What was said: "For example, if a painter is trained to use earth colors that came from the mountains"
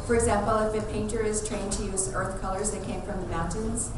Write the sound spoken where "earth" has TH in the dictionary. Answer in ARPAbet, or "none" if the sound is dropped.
TH